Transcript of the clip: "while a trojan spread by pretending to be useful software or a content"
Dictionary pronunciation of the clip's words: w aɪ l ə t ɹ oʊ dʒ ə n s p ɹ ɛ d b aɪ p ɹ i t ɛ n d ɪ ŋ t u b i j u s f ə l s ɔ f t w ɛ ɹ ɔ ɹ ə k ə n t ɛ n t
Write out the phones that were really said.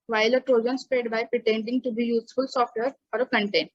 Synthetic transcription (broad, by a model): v aɪ l ə t ɹ oʊ dʒ ə n s p ɹ ɛ d b aɪ p ɹ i t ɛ n d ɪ ŋ t u b i j u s f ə l s ɔ f t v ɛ ɹ ɔ ɹ ə k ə n t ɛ n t